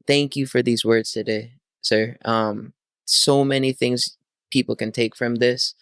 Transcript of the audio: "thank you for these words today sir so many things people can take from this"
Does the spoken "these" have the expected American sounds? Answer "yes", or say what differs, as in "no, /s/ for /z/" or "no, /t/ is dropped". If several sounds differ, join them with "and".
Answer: yes